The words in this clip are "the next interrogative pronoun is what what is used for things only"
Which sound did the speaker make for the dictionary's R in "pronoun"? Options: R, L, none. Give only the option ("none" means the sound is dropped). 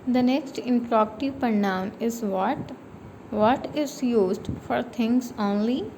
none